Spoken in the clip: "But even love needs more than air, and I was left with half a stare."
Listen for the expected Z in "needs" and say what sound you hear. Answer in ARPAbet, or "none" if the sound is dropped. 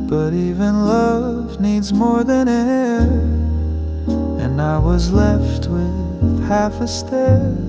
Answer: Z